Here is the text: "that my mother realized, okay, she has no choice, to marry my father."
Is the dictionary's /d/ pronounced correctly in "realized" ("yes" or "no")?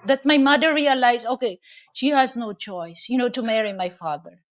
no